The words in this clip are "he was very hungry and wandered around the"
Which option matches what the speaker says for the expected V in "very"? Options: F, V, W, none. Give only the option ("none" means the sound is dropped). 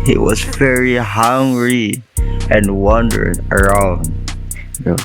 V